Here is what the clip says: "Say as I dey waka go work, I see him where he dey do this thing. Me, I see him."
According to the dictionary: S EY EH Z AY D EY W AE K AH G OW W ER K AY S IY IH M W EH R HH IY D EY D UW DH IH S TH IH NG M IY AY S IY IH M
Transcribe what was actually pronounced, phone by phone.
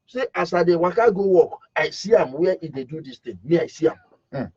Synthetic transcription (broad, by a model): S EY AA S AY D EY W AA K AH G OW W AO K AY S IY IH M W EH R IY D EY D UW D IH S T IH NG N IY AY S IY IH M